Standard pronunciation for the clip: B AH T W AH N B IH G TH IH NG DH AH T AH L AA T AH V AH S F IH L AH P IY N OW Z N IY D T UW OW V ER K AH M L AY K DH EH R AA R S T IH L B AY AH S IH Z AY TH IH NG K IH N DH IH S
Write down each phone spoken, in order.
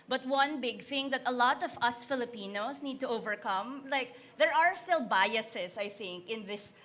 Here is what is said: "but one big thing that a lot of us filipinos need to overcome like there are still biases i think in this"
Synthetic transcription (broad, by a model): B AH T W AH N B IH G TH IH NG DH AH T AH L AA T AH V AH S F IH L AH P IY N OW S N IY D T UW OW V ER K AH M L AY K DH EH R AA R S T IH L B AY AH S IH S AY TH IH NG K IH N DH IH S